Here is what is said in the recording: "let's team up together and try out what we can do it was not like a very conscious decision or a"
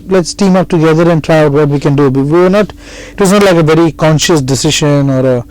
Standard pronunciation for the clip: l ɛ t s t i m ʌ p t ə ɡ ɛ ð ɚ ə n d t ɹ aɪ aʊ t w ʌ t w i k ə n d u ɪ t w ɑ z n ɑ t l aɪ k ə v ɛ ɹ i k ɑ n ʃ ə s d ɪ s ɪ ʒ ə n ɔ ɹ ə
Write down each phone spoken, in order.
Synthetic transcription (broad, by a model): l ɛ t s t i m ʌ p t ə ɡ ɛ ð ɚ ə n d t ɹ aɪ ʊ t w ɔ t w i k ə n d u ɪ t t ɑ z n ɑ t l aɪ k ə v ɛ ɹ i k ɑ n ʃ ə s d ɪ s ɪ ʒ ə n ɔ ɹ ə